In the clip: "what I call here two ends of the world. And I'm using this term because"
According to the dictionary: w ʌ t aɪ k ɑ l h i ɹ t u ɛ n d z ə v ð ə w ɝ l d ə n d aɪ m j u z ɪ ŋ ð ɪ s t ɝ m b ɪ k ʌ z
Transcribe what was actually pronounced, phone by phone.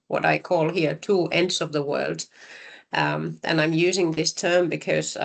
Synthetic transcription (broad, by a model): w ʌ t aɪ k ɑ l h i ɹ t u ɛ n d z ə v ð ə w ɝ l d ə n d aɪ m j u z ɪ ŋ ð ɪ s t ɝ m b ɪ k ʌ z